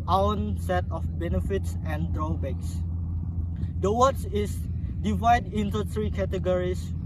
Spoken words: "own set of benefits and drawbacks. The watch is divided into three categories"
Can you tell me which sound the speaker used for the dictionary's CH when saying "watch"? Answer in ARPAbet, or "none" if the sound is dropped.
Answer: S